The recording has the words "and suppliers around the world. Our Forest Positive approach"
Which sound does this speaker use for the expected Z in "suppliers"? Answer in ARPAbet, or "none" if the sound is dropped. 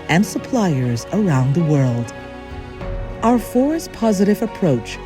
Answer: Z